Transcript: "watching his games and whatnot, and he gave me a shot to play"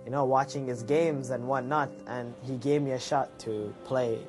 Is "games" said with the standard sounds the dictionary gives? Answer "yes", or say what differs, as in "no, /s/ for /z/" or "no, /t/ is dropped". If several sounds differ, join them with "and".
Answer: yes